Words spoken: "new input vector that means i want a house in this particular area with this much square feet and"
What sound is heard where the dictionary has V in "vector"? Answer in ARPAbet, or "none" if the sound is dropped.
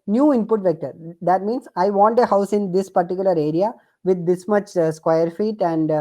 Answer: V